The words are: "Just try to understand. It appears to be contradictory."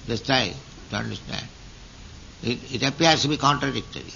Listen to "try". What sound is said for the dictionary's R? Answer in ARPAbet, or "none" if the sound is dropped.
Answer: none